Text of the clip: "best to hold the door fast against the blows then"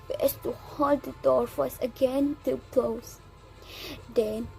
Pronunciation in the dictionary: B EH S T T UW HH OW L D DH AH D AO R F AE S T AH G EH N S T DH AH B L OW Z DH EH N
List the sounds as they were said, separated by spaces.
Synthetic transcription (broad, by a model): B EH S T T UW HH OW L D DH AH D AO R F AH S AH G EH N T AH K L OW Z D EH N